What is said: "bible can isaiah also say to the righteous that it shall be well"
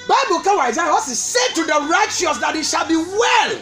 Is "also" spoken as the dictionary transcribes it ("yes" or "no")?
no